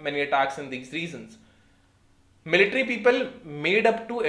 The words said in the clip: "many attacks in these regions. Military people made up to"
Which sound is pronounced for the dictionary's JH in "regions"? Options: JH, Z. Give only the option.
Z